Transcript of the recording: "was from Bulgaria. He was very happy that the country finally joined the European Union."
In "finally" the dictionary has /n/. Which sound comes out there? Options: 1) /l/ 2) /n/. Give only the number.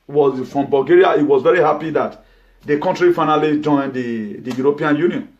2